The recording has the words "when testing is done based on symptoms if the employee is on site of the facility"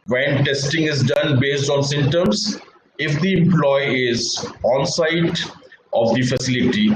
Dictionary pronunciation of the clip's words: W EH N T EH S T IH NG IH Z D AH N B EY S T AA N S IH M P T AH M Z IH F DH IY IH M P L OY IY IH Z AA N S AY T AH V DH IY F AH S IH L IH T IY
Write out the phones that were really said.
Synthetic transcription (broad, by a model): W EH N T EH S T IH NG IH Z D AH N B EY S T AA N S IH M T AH M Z IH F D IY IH M P L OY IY IH Z AA N S AY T AH V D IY F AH S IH L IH T IY